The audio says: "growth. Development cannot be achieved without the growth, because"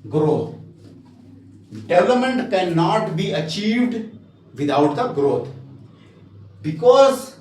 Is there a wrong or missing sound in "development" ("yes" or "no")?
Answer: yes